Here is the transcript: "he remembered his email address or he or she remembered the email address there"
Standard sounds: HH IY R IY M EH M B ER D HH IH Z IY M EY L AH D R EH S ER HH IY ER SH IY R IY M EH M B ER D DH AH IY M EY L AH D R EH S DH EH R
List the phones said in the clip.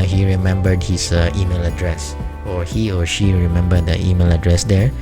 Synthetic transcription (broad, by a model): HH IY R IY M EH M B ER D HH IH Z IY M EY L AH D R EH S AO HH IY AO SH IY R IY M EH M B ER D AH IY M EY L AH D R EH S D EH R